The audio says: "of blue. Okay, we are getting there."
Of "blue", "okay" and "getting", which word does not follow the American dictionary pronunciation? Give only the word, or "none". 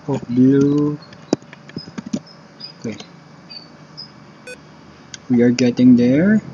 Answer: blue